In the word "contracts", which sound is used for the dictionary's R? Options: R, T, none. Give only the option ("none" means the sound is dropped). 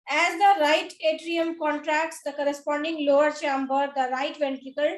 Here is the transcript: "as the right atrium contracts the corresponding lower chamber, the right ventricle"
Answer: R